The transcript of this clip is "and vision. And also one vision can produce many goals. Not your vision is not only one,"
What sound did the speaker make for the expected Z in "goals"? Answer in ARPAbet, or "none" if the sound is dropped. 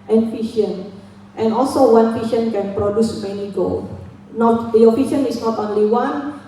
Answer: none